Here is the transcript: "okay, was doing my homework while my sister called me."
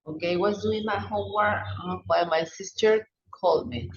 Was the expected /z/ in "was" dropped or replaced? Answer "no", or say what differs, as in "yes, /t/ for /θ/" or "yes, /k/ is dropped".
yes, /s/ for /z/